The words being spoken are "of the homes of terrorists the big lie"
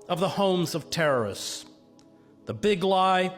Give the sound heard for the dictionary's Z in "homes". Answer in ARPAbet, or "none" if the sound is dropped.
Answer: Z